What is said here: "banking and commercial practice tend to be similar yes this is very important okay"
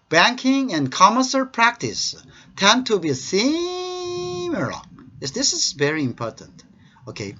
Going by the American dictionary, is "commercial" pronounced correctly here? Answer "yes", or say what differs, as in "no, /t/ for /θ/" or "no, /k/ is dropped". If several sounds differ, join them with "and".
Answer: no, /s/ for /ʃ/